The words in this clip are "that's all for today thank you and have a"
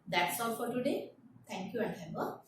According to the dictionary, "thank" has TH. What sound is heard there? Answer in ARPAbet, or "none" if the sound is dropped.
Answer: T